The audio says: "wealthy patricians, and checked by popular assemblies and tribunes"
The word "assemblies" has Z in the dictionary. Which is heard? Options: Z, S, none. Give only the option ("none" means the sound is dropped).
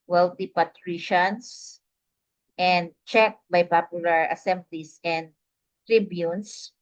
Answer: S